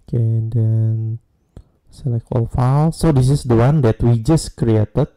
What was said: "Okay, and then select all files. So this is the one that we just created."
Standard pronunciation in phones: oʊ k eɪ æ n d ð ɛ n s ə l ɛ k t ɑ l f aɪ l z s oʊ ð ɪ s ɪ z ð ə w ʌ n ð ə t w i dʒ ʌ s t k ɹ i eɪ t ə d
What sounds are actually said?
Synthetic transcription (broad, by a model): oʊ k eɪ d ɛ n s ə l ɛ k ɑ l f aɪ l s oʊ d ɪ s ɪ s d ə w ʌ n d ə t w i dʒ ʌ s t k ɹ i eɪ t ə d